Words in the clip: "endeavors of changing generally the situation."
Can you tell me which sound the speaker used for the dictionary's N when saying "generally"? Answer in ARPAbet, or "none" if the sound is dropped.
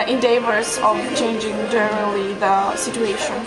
none